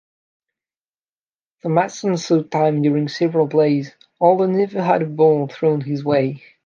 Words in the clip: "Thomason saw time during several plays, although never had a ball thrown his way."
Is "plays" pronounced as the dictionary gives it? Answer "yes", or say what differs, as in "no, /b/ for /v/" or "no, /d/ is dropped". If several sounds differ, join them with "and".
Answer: no, /b/ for /p/